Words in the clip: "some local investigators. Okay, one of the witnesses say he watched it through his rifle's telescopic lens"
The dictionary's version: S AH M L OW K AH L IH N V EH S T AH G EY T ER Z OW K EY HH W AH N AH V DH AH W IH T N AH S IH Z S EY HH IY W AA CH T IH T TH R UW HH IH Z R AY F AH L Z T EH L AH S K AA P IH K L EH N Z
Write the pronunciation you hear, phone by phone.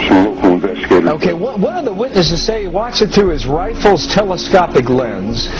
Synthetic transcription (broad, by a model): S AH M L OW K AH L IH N V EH S T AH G EY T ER OW K EY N W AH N AH V DH AH W IH T N AH S IH Z S EY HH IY W AA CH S IH T TH R UW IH Z R AY F L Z T EH L AH S K AA P IH K L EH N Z